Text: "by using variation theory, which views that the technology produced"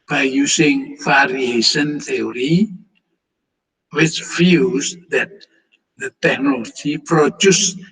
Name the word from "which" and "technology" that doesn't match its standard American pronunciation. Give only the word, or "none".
none